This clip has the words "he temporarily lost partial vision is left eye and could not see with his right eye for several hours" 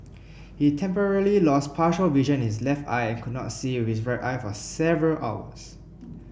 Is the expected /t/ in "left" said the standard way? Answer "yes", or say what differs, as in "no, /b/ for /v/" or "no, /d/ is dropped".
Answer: yes